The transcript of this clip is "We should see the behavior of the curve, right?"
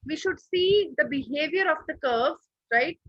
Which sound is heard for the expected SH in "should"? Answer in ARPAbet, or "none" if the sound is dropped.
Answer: SH